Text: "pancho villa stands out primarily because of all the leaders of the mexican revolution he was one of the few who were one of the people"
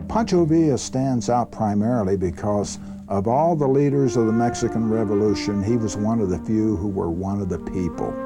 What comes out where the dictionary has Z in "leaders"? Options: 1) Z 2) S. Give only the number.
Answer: 1